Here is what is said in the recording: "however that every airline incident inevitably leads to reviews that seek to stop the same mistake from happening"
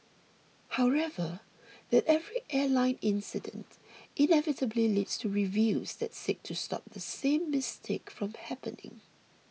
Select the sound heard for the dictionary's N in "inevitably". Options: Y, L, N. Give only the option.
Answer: N